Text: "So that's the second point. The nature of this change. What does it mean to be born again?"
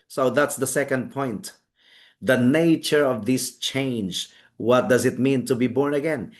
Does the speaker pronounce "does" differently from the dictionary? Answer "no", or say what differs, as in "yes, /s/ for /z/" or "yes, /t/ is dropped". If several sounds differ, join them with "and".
no